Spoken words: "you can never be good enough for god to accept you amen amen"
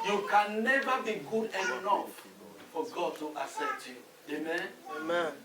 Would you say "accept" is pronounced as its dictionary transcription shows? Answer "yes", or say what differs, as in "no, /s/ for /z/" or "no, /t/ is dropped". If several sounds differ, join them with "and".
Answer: no, /k/ is dropped